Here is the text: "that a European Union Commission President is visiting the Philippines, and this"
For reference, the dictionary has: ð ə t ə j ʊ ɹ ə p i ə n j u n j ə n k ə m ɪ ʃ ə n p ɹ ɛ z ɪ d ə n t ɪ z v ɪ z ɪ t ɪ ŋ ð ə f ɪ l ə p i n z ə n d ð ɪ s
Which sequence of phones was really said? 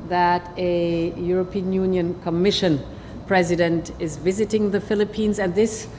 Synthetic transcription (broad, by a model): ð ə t ə j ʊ ɹ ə p i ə n j u n j ə n k ə m ɪ ʃ ə n p ɹ ɛ z ɪ d ə n t ɪ z v ɪ z ɪ t ɪ ŋ ð ə f ɪ l ə p i n z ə n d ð ɪ s